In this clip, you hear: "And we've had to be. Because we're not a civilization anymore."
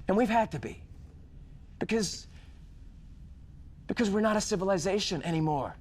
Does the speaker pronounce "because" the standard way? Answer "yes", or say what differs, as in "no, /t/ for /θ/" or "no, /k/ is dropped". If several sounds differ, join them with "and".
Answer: yes